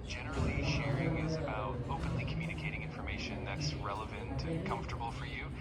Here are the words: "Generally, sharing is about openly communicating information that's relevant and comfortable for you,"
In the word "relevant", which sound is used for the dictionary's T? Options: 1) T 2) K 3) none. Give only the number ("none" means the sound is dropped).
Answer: 1